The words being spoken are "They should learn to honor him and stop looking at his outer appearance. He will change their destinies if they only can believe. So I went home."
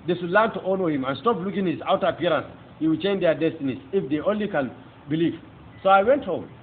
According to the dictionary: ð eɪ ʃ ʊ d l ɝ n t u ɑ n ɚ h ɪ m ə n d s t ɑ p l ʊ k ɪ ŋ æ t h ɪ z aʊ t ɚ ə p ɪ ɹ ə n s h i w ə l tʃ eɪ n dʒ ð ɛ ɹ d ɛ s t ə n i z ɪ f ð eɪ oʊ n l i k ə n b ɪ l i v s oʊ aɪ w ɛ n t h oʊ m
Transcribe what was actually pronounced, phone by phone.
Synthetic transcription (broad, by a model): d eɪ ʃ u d l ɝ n t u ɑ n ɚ h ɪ m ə n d s t ɑ p l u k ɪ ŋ h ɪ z aʊ t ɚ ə p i ɹ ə n s h i w ə l tʃ eɪ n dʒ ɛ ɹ d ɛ s t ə n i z ɪ f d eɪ oʊ n l i k ə n b ɪ l i v s oʊ aɪ w ɛ n t h oʊ m